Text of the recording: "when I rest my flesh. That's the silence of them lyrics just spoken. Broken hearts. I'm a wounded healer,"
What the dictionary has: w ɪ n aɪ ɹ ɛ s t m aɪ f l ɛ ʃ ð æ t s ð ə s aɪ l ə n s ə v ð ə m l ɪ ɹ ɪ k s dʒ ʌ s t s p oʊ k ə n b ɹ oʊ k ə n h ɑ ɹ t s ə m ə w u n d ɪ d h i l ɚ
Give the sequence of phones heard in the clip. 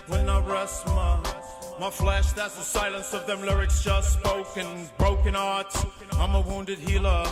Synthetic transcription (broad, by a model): w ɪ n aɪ ɹ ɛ s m m aɪ f l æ ʃ ð æ t s ð ə s aɪ l ə n s ə v ð ə m l ɪ ɹ ɪ k s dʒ ʌ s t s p oʊ k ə n b ɹ oʊ k ə n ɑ ɹ t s ə m ə w u n d ɪ d h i l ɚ